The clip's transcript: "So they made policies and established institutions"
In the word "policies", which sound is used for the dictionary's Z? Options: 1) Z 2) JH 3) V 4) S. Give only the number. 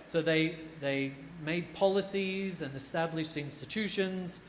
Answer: 1